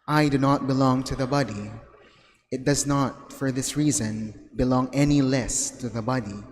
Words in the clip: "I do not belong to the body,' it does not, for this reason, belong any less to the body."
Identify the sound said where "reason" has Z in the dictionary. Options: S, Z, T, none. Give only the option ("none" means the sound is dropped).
Z